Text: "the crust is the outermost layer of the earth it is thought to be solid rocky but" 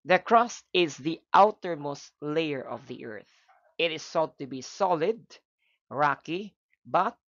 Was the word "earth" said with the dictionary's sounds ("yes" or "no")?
yes